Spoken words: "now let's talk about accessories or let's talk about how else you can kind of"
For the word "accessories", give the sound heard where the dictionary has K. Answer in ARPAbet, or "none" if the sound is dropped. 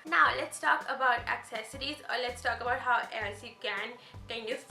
K